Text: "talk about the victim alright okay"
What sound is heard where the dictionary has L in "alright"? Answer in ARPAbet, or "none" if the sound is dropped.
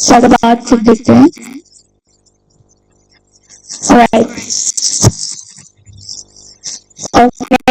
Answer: none